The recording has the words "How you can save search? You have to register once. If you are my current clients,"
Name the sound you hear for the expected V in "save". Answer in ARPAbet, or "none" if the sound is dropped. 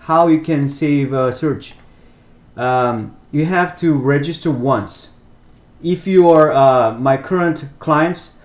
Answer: V